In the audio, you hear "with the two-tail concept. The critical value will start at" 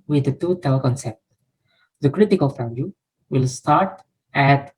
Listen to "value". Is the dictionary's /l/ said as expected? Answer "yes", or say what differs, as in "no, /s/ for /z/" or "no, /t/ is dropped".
no, /l/ is dropped